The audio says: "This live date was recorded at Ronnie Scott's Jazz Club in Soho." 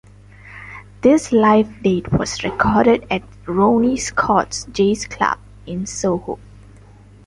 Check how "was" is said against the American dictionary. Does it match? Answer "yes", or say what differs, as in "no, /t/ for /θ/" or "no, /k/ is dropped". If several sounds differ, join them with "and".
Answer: no, /s/ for /z/